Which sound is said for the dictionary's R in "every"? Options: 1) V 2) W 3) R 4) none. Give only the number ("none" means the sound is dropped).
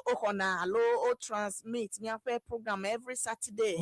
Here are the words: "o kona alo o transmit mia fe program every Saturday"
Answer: 3